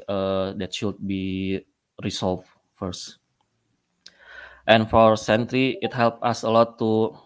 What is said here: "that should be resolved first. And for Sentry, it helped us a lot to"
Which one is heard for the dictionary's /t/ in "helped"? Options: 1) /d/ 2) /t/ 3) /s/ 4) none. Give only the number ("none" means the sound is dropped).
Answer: 4